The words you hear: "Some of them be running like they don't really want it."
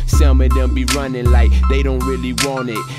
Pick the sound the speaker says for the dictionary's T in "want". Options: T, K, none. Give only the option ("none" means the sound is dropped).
none